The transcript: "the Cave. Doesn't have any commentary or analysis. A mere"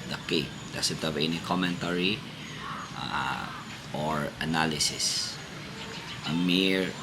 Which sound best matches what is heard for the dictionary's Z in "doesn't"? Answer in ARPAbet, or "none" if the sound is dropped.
S